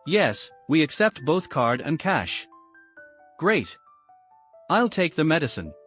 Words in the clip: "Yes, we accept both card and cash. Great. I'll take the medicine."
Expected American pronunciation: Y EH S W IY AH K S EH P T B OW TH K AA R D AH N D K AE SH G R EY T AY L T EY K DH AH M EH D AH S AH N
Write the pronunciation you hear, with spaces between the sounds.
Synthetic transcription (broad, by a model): Y EH S W IY AH K S EH P T B OW TH K AA R D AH N K AE SH G R EY T AY L T EY K DH AH M EH D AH S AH N